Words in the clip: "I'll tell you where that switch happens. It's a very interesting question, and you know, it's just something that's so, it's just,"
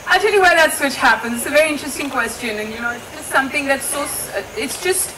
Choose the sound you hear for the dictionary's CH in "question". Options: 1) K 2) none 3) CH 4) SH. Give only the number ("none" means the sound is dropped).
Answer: 3